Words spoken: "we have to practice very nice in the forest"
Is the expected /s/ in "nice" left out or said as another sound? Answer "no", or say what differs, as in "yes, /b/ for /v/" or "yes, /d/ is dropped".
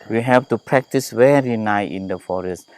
yes, /s/ is dropped